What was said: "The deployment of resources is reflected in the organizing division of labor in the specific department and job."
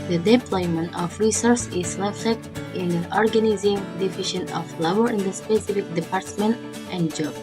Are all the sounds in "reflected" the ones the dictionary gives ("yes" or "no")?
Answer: no